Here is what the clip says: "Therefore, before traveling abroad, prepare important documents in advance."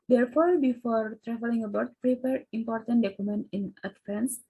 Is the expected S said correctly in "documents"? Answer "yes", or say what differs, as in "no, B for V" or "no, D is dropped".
no, S is dropped